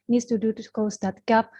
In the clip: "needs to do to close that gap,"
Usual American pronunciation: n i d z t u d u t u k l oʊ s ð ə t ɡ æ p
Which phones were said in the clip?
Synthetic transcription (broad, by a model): n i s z t u d u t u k oʊ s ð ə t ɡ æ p